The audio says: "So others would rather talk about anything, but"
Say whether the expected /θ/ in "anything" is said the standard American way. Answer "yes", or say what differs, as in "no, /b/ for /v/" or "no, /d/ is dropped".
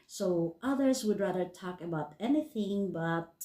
yes